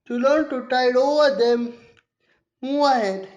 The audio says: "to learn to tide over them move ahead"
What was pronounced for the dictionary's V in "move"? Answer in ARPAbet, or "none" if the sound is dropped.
none